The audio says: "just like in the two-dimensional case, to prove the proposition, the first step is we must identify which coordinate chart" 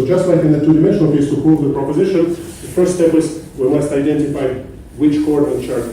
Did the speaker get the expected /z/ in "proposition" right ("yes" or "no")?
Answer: yes